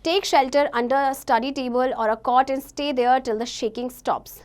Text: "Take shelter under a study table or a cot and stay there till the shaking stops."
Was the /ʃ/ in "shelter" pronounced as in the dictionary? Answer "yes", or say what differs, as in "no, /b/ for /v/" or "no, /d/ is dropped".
yes